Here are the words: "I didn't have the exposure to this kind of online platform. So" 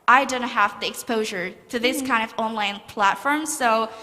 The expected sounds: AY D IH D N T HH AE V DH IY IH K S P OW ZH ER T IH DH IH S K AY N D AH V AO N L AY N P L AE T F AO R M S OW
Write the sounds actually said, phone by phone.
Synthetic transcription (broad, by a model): AY D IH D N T HH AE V DH IY IH K S P OW ZH ER T IH DH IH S K AY N D AH V AO N L AY N P L AE T F AO R M S OW